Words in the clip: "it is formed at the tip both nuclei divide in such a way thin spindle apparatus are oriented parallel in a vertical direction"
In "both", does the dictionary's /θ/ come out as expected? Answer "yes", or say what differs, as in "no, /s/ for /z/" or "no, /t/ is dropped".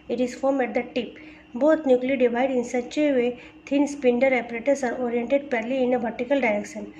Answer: no, /t/ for /θ/